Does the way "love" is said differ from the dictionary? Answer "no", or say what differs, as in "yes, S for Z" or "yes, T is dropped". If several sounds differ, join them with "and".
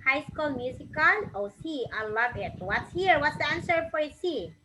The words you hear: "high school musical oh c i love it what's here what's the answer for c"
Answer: yes, B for V